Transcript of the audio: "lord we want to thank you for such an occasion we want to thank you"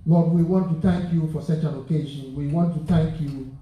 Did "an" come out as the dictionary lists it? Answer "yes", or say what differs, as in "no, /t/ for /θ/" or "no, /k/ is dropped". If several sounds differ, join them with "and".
no, /l/ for /n/